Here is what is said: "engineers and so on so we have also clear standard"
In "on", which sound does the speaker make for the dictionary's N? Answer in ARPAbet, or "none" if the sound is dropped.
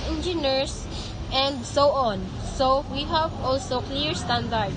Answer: N